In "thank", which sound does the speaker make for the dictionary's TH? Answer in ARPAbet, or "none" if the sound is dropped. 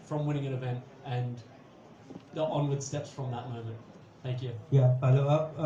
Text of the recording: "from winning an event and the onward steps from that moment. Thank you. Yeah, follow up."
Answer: TH